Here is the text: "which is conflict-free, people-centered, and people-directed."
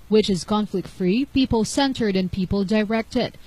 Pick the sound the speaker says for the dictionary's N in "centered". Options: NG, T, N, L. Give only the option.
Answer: N